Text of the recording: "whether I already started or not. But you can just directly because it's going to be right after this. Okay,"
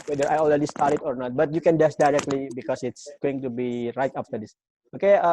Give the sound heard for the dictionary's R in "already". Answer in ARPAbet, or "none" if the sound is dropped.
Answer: L